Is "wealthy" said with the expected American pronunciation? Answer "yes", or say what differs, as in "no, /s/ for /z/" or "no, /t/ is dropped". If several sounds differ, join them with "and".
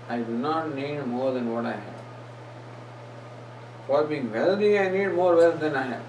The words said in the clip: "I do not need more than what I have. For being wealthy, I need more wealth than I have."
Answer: no, /t/ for /θ/